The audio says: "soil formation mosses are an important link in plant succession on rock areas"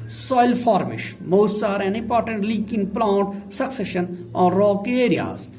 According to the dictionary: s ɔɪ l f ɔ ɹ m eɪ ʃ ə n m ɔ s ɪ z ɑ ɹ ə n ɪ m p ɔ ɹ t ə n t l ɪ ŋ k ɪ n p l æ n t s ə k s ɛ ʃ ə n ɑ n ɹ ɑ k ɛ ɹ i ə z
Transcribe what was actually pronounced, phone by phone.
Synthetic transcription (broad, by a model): s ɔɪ l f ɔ ɹ m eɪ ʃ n m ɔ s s ɑ ɹ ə n ɪ m p ɔ ɹ t ə n t l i k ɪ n p l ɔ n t s ə k s ɛ ʃ ə n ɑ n ɹ ɑ k ɛ ɹ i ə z